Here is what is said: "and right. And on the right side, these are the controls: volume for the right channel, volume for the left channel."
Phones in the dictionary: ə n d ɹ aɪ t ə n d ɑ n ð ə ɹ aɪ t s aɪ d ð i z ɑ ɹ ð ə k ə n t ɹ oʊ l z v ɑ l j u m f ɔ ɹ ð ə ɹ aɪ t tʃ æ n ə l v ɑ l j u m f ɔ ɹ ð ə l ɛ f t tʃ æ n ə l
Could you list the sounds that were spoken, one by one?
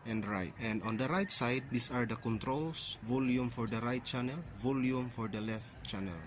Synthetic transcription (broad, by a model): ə n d ɹ aɪ t ə n d ɑ n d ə ɹ aɪ t s aɪ d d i s ɑ ɹ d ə k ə n t ɹ oʊ l s v ɑ l j u m f ɔ ɹ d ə ɹ aɪ t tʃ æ n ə l v ɑ l j u m f ɔ ɹ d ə l ɛ f t tʃ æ n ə l